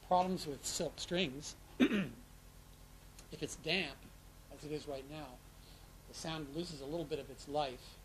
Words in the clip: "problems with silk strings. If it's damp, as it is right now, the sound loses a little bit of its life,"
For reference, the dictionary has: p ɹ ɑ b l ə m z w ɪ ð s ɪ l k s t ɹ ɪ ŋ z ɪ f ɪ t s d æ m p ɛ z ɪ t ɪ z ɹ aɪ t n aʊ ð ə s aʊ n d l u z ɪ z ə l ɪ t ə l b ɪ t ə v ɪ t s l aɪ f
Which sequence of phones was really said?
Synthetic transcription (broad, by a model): p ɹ ɑ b l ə m z w ɪ ð s ɪ l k s t ɹ ɪ ŋ z ɪ f ɪ t s d æ m p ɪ z ɪ t ɪ z ɹ aɪ t n aʊ ð ə s aʊ n d l u z ɪ z ə l ɪ t l b ɪ t ə v ɪ t s l aɪ f